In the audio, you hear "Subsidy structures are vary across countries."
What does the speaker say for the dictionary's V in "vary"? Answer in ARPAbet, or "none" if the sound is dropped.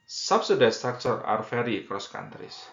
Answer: F